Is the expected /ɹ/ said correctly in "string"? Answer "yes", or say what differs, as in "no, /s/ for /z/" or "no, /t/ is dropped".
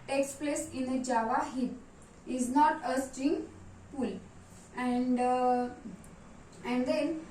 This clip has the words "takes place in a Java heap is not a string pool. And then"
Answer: no, /ɹ/ is dropped